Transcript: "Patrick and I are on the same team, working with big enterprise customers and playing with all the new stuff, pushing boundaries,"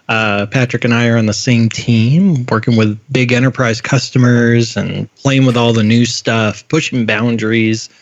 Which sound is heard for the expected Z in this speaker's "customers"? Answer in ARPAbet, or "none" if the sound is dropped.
Z